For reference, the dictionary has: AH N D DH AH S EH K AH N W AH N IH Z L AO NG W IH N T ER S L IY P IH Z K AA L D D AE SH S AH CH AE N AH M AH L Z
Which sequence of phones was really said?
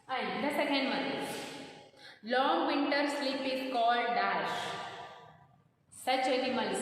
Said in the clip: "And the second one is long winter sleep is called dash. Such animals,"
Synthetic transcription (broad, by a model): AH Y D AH S EH K AH N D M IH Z L AO NG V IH N T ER S L IY P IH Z K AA L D D AE SH S AH CH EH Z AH M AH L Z